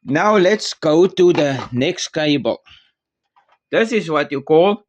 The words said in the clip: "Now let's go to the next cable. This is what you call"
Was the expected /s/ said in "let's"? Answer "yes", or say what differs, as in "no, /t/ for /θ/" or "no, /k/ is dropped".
yes